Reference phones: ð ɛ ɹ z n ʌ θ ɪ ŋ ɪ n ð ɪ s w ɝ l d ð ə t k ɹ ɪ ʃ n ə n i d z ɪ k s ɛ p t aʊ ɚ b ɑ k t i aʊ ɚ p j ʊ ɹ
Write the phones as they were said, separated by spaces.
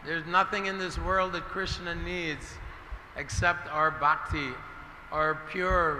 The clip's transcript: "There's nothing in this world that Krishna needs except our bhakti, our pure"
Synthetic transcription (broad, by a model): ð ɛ ɹ z n ʌ θ ɪ ŋ ɪ n ð ɪ s w ɝ l d ð ə t k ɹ ɪ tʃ n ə n i d z ɪ k s ɛ p t aʊ ɚ b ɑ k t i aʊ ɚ p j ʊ ɹ